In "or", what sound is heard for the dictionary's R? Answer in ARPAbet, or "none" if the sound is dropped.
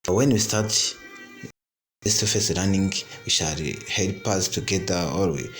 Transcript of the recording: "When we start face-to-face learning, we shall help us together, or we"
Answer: L